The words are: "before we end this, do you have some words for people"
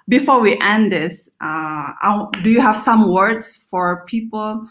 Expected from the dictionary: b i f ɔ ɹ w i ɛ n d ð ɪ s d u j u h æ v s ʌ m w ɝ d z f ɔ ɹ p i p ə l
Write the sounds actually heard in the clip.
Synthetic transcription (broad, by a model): b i f ɔ ɹ w i ɛ n d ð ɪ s d u j u h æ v s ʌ m w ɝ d s f ɔ ɹ p i p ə l